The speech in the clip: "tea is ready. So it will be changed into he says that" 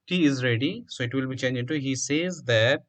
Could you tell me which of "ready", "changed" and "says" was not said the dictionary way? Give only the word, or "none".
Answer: changed